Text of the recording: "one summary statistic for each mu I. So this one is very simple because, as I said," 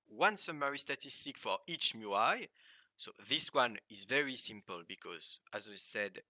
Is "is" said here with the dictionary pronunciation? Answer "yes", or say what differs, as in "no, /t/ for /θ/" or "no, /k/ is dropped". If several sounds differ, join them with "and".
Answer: yes